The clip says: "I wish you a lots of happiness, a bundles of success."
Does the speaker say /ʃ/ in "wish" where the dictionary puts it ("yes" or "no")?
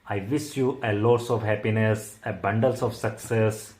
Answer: no